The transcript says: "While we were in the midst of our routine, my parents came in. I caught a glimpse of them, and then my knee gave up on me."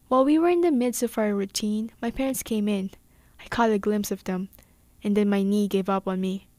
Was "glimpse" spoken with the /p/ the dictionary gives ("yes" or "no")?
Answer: yes